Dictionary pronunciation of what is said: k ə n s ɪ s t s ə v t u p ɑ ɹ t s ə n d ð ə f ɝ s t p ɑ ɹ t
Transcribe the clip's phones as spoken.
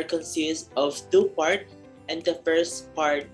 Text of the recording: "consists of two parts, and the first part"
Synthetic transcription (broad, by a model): k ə n s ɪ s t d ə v t u p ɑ ɹ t ə n d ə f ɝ s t p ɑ ɹ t